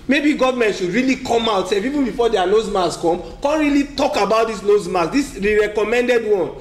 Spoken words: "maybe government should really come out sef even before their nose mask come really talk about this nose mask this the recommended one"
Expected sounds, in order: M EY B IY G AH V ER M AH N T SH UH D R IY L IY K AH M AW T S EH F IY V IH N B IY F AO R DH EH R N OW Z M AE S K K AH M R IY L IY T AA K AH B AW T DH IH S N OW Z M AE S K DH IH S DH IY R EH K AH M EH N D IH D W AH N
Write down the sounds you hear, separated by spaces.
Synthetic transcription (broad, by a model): M EY B IY G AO V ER M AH N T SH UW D R IY L IY K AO M AW T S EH P IY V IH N B IY F AO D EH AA N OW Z M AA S K K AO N R IY L IY T AA K AH B AW T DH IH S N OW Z M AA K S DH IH S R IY R EH K AH M EH N D IH D W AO N